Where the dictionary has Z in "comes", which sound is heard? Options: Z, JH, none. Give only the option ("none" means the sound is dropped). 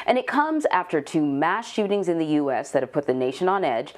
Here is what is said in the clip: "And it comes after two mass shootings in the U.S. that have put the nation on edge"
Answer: Z